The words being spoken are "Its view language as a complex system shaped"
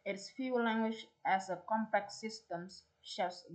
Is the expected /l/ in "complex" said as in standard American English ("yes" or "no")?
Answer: no